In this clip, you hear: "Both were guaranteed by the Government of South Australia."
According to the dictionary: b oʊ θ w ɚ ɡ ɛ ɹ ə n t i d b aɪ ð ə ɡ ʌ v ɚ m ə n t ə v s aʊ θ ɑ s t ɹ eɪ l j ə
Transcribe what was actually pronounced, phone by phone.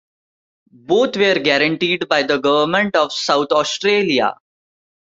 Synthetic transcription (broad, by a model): b oʊ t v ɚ ɡ ɛ ɹ ə n t i d b aɪ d ə ɡ ʌ v ɚ m ə n t ə v s aʊ t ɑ s t ɹ eɪ l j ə